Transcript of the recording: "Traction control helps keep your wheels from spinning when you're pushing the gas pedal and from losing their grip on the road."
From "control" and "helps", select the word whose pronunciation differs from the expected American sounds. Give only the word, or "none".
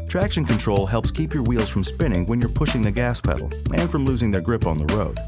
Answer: none